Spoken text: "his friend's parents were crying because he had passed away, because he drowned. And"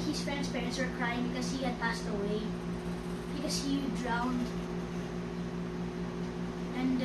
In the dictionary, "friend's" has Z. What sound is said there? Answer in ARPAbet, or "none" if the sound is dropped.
S